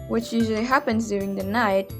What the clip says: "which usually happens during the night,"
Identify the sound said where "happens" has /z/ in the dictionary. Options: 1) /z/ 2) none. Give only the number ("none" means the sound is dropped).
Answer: 1